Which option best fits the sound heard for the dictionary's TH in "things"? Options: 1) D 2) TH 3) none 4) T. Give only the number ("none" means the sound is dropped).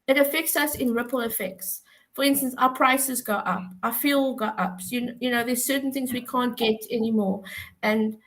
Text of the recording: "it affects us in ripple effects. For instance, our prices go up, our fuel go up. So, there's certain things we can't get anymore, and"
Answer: 2